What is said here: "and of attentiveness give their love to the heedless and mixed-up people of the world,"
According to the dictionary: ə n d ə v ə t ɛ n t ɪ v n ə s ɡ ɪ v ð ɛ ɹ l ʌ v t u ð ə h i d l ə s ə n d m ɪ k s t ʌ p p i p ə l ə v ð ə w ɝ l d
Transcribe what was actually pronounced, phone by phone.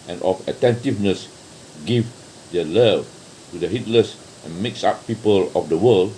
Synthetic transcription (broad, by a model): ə n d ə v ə t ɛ n t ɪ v n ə s ɡ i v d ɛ l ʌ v t u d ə h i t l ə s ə n m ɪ k s ɑ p p i p ə l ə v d ə w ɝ l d